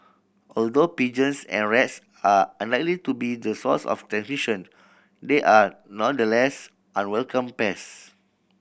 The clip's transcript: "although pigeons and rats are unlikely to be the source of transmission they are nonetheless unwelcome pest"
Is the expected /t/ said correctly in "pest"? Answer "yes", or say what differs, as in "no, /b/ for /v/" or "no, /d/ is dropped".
no, /t/ is dropped